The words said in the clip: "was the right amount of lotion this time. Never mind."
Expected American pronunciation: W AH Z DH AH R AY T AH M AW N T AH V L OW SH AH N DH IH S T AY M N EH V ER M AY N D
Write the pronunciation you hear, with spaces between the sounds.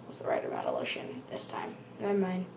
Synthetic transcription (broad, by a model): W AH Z DH AH R AY T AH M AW T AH L OW SH AH N DH IH S T AY M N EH IH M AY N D